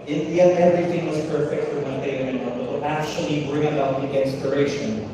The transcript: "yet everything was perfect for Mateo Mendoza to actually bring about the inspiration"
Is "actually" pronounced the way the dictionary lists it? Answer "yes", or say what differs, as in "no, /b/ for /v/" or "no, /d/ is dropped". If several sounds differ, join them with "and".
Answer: yes